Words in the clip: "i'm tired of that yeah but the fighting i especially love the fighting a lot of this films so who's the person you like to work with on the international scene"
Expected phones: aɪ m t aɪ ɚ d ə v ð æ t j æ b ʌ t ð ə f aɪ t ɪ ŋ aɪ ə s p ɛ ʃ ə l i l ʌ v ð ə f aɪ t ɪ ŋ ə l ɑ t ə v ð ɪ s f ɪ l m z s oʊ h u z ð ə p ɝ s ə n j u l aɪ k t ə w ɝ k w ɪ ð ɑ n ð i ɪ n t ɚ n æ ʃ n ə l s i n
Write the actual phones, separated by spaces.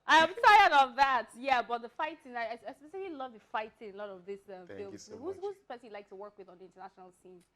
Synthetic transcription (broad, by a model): aɪ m t aɪ ɚ d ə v ð æ t j æ b ʌ t ð ə f aɪ t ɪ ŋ aɪ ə s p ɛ s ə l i l ʌ v ð ə f aɪ t ɪ ŋ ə l ɑ t ə v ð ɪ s f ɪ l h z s h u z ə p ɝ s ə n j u l aɪ k t ə w ɝ k w ɪ ð n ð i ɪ n t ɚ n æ ʃ n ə l s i n